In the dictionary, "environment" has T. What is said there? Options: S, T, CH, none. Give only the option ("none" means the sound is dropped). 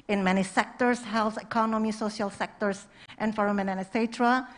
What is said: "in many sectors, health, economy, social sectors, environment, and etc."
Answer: none